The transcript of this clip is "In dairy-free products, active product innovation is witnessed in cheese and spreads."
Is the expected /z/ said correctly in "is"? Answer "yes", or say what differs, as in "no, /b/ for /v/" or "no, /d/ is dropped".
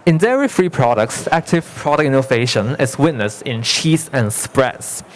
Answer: no, /s/ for /z/